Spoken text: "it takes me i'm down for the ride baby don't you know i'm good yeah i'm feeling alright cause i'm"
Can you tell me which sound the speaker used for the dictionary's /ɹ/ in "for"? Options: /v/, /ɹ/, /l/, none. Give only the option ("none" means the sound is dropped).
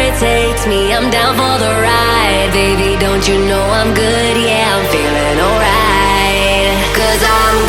/l/